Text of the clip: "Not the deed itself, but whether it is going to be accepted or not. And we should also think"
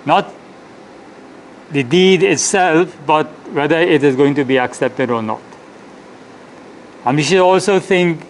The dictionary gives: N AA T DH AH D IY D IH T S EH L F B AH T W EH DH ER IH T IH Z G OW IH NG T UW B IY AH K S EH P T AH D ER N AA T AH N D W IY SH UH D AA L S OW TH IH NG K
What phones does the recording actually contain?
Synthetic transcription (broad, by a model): N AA T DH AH D IY D IH T S EH L F B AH T W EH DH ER IH T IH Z G OW IH NG T UW B IY AH K S EH P T AH D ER N AA T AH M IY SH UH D AA L S OW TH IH NG K